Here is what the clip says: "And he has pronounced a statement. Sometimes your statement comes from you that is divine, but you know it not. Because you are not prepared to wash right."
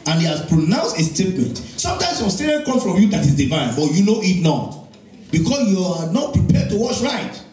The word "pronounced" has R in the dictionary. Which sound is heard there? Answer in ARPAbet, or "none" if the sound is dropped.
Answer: R